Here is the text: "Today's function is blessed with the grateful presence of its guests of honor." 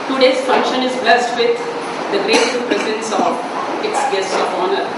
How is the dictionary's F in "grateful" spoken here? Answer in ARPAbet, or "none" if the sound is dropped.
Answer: none